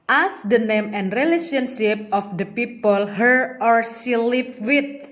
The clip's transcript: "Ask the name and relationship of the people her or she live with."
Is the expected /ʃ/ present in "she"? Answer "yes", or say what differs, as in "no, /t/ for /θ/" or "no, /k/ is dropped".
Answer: no, /s/ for /ʃ/